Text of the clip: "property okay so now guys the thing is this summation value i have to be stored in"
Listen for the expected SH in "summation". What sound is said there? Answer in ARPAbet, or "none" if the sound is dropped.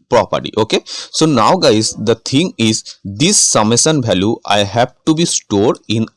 S